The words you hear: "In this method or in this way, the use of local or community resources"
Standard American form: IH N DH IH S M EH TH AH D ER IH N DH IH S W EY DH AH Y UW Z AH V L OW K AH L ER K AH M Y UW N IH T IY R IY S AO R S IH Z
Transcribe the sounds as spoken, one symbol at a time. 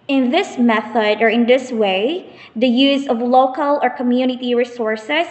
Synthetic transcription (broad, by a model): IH N DH IH S M EH TH AH D ER IH N DH IH S W EY DH AH Y UW Z AH V L OW K AH L ER K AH M Y UW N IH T IY R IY S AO R S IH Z